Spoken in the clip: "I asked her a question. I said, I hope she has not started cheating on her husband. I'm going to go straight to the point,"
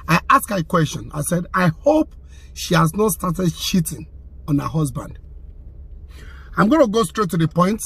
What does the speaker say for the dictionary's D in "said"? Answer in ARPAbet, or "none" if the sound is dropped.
D